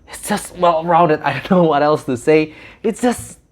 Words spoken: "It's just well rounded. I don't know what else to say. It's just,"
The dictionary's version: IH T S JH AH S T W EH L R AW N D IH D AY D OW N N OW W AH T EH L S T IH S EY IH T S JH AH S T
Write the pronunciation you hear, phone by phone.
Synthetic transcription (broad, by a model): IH T S JH AH S T W EH L R AW N D IH D AY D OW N N OW W AH T EH L S T IH S EY IH T S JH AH S T